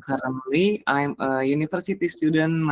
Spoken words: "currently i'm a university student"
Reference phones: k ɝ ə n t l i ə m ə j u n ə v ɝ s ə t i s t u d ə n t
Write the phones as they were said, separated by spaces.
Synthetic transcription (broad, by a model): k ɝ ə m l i ə m ə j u n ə f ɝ s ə t i s t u d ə n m